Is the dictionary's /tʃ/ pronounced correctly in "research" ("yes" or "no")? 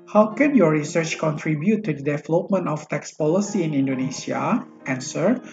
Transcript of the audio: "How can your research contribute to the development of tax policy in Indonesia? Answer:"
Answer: yes